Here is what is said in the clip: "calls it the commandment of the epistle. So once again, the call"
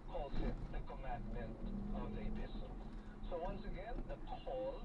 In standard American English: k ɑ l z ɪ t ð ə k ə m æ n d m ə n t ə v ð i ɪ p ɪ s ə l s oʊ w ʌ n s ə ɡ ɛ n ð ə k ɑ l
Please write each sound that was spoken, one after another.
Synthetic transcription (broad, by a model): k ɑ l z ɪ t ð ə k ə m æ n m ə n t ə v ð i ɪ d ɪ ʃ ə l s oʊ w ʌ n s ə ɡ ɛ n ð ə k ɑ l